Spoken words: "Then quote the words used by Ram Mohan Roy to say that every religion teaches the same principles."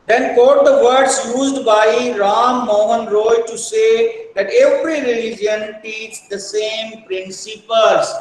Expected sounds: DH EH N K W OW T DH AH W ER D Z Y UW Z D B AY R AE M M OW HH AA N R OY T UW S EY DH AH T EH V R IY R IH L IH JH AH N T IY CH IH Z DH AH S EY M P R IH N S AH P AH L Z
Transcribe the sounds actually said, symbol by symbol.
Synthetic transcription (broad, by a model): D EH N K OW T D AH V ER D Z Y UW Z D B AY R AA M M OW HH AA N R OY T UW S EY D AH T EH V R IY R IH L IH JH AH N T IY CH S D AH S EY M P R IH N S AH P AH L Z